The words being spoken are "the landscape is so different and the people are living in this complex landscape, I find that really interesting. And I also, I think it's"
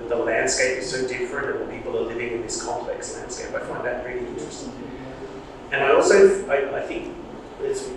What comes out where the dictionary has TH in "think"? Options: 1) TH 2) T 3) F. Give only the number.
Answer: 1